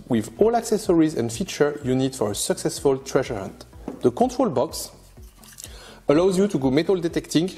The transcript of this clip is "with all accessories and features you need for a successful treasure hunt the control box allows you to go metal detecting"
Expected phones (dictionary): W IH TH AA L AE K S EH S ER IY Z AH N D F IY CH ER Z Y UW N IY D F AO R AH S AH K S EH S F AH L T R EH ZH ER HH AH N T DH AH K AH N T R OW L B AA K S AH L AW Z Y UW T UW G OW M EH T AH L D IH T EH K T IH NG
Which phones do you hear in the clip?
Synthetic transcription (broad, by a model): W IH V AA L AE K S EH S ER IY Z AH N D F IY CH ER Y UW N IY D F AO R AH S AH K S EH S F AH L T R EH ZH ER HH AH N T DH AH K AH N T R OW L B AA K S AH L AW Z Y UW T UW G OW M EH T AH L D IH T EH K T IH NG